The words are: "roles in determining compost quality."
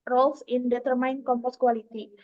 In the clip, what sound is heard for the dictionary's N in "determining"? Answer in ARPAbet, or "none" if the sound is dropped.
none